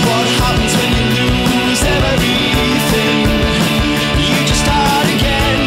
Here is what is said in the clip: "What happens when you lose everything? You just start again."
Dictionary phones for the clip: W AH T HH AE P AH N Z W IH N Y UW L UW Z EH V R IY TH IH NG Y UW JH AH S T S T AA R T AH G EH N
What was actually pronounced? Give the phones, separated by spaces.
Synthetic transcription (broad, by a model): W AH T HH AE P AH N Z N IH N Y UW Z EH EH V R IY TH IH NG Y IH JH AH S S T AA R T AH G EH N